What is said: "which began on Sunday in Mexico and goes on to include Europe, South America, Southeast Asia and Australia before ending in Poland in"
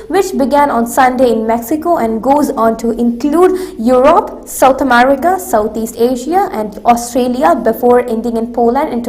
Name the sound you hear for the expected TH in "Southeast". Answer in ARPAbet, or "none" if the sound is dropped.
T